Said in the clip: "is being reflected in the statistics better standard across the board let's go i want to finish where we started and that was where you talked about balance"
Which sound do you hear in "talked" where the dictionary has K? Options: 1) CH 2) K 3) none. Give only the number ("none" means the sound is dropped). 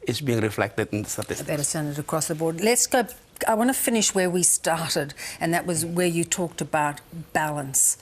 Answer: 2